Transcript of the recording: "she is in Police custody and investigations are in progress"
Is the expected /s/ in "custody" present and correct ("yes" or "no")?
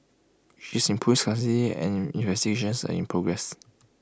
no